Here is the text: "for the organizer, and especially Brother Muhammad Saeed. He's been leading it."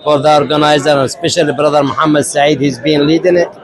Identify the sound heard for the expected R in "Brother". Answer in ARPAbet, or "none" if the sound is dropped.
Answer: R